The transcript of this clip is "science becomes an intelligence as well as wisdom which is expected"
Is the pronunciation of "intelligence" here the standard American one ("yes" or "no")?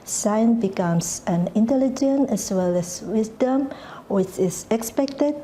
no